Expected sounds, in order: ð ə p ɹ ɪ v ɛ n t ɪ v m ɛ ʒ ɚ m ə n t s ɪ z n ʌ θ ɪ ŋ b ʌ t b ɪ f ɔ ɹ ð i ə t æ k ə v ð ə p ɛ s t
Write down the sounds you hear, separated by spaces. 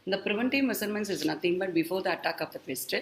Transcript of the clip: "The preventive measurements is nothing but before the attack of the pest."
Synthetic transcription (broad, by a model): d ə p ɹ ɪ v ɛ n t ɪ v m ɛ s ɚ m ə n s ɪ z n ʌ t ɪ ŋ b ʌ t b ɪ f ɔ ɹ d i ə t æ k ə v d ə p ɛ s t